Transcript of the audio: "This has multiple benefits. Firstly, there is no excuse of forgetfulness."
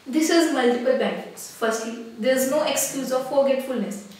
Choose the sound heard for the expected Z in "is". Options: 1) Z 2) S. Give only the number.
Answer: 1